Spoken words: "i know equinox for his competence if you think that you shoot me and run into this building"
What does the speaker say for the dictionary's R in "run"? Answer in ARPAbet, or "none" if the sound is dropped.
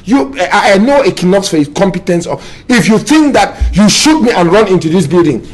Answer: R